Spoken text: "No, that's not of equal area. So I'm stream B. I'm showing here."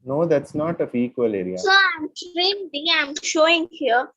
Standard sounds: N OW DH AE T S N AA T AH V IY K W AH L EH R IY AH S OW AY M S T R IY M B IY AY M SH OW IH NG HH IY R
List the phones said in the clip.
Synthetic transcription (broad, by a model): N OW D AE T S N AA T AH F IY K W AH L EH R IY AH S OW AY M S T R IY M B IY AY M SH OW IH NG HH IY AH